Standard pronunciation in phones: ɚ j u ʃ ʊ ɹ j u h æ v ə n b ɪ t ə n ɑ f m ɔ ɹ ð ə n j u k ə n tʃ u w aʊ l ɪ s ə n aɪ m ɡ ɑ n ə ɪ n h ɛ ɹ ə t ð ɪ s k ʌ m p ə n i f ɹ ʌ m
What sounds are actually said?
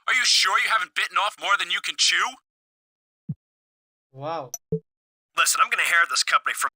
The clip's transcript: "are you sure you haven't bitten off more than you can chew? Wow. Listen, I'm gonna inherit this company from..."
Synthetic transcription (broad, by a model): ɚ j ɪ ʃ ʊ ɹ j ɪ h æ v ə n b ɪ t n ɑ f m ɔ ɹ ð ə n j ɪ k ə n tʃ u w aʊ l ɪ s ə n aɪ m ɡ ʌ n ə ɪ h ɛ ɹ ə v ð ɪ s k ʌ m p ə n i f ɹ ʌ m